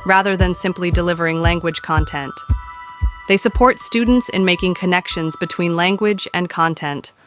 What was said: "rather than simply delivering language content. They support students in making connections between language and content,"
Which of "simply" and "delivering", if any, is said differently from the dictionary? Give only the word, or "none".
none